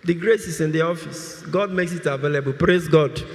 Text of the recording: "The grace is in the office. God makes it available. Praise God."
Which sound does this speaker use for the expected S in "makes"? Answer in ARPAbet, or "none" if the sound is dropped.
S